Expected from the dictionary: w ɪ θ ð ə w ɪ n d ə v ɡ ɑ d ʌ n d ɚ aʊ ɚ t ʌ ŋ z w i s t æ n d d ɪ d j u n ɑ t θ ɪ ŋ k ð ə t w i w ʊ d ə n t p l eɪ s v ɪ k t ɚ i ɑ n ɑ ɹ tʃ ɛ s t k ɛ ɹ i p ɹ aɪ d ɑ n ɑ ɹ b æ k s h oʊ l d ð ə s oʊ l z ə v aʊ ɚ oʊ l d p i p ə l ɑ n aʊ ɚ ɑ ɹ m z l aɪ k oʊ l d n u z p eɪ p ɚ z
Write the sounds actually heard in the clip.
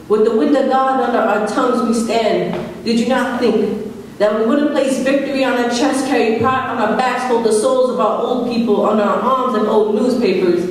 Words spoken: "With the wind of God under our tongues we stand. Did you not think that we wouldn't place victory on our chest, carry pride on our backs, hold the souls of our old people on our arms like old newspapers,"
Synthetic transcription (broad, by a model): w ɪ ð ə w ɪ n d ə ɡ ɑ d ʌ n d ɚ aʊ ɚ t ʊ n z w i s t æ n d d ɪ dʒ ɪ n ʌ t θ ɪ ŋ k ð ə t w i w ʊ d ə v p l eɪ s v ɪ k t ɚ i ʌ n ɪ tʃ ɛ s k ɛ ɹ i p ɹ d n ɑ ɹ b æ s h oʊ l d ð ə s oʊ l z ə v aʊ ɚ oʊ l d p i p ə l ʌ n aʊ ɚ ɑ ɹ m z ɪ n oʊ l d n u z p eɪ p ɚ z